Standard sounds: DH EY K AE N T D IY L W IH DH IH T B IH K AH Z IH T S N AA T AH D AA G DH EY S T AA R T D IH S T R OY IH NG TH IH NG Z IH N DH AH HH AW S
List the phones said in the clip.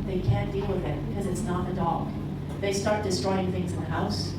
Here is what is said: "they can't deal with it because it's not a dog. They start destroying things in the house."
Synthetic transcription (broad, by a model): DH EY K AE N D IY L W IH DH IH T B IH K AH Z IH T S N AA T AH D AA G DH EY S T AA R T D IH S T R OY IH NG TH IH NG Z IH N DH AH HH AW S